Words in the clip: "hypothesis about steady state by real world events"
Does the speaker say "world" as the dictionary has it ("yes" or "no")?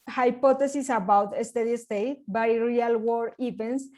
no